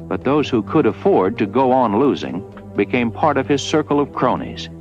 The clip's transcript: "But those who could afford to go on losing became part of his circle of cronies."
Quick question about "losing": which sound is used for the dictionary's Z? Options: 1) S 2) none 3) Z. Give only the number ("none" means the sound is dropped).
3